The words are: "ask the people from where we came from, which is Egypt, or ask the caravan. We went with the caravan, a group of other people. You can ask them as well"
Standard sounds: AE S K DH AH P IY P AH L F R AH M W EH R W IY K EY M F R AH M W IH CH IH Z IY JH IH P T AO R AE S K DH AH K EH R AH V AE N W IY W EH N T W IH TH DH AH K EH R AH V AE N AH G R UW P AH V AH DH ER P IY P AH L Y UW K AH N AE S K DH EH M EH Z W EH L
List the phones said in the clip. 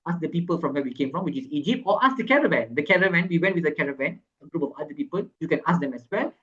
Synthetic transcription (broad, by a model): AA S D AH P IY P AH L F R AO M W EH W IY K EY M F R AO M W IH CH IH S IY JH IH P T AO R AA S K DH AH K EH R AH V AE N W IY W EH N T W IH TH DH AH K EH R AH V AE N AH G R UW P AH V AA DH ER P IY P AH L Y UW K AH N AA S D EH M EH S W EH L